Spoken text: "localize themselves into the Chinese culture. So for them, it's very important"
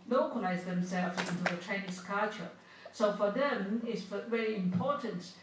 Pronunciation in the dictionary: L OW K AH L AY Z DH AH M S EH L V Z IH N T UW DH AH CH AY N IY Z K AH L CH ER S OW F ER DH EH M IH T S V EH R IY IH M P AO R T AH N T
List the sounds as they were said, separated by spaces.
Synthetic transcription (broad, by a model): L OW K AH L AY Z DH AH M S EH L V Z IH N T UW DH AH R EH N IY S K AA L CH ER S OW F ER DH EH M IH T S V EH R IY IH M P AO T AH N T